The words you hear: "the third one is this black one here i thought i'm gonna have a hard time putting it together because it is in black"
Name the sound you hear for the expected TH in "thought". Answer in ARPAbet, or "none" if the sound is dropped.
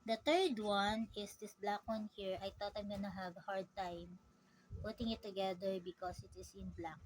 T